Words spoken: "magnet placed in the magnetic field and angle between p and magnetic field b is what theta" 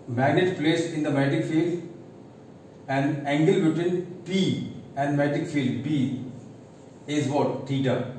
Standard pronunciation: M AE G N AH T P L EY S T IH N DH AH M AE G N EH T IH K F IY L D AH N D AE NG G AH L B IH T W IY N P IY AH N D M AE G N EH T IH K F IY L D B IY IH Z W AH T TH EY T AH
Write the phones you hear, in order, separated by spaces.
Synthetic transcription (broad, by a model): M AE G N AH T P L EY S IH N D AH M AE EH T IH K F IY L D AH N D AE NG G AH L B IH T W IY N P IY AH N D M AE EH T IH K F IY L D B IY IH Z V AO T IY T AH